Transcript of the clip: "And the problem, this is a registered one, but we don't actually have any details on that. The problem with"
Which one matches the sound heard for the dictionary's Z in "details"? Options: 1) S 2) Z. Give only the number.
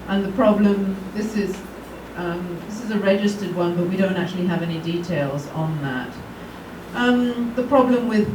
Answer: 2